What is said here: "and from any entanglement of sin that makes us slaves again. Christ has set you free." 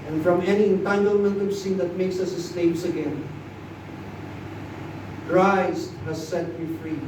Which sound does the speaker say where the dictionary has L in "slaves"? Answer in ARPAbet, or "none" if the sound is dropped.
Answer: N